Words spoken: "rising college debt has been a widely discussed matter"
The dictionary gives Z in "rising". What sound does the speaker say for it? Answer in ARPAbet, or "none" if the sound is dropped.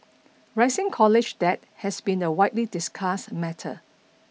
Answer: S